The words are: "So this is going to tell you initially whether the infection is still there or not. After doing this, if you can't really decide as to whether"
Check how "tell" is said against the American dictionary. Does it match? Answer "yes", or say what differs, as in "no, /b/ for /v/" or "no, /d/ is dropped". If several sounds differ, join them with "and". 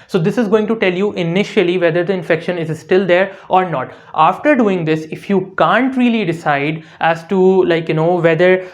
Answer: yes